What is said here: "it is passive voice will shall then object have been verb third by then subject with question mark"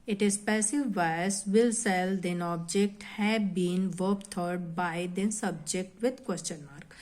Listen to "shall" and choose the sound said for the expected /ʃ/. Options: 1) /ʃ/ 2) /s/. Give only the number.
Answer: 2